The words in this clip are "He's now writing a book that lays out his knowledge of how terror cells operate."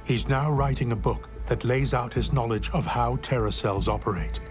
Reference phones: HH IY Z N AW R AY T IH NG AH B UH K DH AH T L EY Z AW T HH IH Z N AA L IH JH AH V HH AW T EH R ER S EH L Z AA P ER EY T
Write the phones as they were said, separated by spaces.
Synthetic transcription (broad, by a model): HH IY Z N AW R AY T IH NG AH B UH K DH AH T L EY Z AW T HH IH Z N AA L IH JH AH V HH AW T EH R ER S EH L Z AA P ER EY T